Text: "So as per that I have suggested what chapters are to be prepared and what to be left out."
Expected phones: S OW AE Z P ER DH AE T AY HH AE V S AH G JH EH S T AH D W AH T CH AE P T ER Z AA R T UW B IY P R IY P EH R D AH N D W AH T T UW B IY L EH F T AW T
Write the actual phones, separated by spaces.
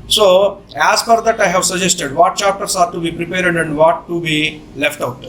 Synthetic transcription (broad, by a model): S OW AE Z F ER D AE T AY HH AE V S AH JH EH S T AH D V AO T CH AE P T ER S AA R T UW B IY P R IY P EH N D AH N D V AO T T UW B IY L EH F T AW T